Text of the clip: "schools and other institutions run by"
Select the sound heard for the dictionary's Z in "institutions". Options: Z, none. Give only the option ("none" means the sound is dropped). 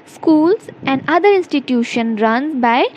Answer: none